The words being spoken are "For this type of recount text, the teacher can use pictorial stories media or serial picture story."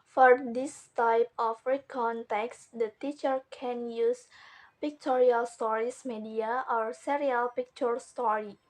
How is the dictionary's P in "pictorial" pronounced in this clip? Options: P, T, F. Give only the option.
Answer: P